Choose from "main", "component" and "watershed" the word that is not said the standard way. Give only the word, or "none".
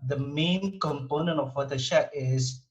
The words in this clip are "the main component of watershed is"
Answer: watershed